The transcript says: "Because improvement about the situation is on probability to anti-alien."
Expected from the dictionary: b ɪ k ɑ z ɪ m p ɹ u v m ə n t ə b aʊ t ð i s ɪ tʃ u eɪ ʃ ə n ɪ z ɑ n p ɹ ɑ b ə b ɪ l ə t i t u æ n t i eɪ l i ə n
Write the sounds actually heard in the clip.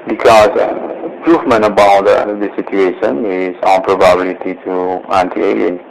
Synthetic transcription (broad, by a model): b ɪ k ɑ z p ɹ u f m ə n ə b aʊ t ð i s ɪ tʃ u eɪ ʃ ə n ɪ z ɑ n p ɹ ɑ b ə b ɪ l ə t i t u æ n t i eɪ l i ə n